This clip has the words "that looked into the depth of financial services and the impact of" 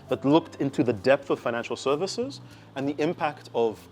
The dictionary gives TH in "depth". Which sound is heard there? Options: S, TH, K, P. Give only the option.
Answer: TH